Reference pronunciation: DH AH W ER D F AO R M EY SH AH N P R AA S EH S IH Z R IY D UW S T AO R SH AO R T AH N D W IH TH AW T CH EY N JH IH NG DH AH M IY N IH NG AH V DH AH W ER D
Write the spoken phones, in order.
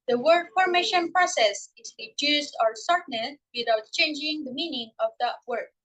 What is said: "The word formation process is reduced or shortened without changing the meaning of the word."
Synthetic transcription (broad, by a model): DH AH W ER D F AO R M EY SH AH N P R AA S EH S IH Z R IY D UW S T AO R S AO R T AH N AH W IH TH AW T CH EY N JH IH NG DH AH M IY N IH NG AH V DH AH W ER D